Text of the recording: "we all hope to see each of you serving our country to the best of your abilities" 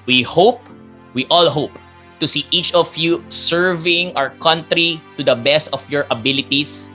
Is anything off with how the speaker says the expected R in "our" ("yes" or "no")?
no